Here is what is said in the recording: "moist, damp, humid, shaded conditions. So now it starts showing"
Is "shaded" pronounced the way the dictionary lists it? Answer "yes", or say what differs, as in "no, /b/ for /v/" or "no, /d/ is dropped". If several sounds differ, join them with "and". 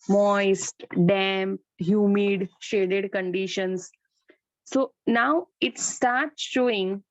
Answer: yes